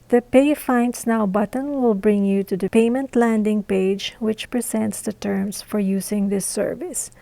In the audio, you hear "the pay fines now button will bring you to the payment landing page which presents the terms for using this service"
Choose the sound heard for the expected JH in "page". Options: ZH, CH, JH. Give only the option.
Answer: JH